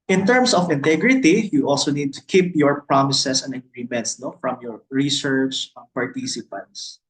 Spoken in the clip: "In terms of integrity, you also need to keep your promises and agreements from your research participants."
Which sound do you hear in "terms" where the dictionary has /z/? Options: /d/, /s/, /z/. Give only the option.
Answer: /s/